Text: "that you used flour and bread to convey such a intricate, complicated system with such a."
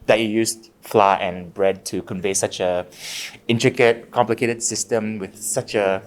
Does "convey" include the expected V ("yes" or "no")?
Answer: yes